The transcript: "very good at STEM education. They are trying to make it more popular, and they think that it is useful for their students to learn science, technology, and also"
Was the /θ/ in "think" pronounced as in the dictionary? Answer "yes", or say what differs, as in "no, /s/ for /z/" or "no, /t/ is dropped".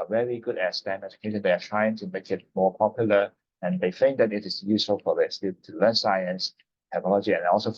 no, /f/ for /θ/